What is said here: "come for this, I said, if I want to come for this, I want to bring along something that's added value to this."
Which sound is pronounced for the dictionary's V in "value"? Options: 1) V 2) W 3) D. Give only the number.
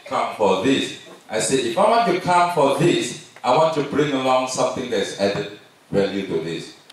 2